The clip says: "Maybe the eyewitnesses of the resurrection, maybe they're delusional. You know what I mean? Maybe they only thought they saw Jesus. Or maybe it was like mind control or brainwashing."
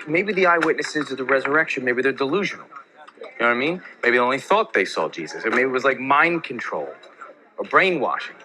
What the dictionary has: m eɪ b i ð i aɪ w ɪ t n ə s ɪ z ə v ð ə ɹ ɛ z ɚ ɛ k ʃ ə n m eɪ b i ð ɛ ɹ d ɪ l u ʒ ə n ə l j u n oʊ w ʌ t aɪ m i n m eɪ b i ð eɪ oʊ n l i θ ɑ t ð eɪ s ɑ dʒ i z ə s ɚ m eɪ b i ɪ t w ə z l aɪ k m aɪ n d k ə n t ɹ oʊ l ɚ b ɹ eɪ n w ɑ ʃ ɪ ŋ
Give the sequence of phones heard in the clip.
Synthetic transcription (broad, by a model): m eɪ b i ð i aɪ w ɪ t n ə s ɪ z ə ð ə ɹ ɛ z ɚ ɛ k ʃ ə n m eɪ b i ð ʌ ɹ d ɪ l u ʒ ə n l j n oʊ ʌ aɪ m i n m eɪ b i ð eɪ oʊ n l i θ ɑ t ð eɪ s ɑ dʒ i z ə s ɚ m eɪ b i ɪ t w ə z l aɪ k m aɪ n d k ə n t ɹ oʊ l ɚ b ɹ eɪ n w ɑ ʃ ɪ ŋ